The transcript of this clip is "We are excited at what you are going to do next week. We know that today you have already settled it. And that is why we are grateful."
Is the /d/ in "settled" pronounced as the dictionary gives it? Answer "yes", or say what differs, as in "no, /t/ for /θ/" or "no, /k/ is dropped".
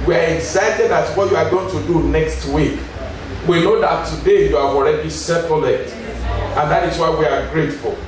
no, /d/ is dropped